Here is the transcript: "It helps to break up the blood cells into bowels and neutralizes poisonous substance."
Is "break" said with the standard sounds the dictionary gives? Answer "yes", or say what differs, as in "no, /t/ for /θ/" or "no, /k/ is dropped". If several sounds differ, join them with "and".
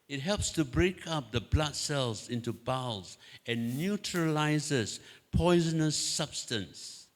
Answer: yes